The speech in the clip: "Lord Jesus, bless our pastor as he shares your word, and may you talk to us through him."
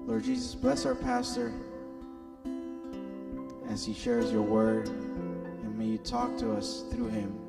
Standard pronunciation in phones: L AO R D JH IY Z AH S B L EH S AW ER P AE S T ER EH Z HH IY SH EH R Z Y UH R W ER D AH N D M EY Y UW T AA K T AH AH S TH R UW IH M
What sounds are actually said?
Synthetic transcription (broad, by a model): L AO R D JH IY Z AH S B L EH S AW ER P AE S T ER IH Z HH IY SH EH R Z Y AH R W ER D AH N M EY Y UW T AA K T AH AH S TH R UW IH M